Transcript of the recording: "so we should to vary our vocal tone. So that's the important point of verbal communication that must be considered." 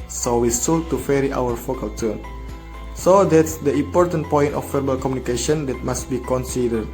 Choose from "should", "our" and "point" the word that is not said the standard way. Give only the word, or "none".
should